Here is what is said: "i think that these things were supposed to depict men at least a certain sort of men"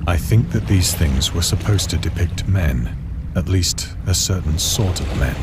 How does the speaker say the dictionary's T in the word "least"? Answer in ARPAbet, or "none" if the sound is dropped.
T